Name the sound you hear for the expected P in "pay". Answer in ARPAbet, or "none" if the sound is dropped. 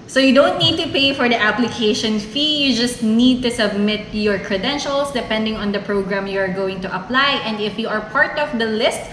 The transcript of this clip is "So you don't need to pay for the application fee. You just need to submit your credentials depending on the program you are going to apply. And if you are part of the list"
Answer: P